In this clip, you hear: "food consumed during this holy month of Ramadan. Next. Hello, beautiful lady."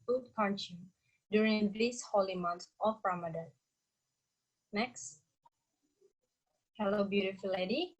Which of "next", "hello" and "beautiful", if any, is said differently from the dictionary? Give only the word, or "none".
none